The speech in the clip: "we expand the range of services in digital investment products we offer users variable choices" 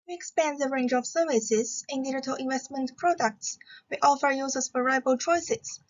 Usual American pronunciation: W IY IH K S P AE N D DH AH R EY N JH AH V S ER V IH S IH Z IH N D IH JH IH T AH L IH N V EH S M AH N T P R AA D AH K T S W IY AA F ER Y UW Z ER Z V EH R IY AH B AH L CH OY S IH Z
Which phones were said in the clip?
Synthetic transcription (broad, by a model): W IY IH K S P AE N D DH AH R EY N JH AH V S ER V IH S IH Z IH N D IH JH IH T AH L IH N V EH S M AH N T P R AA D AH K T S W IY AA F ER Y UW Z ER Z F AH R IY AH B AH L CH OY S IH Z